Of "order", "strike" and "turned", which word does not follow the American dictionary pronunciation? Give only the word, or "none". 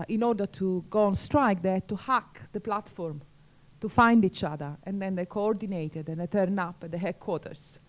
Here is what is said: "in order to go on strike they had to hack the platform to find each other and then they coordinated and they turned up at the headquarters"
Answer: turned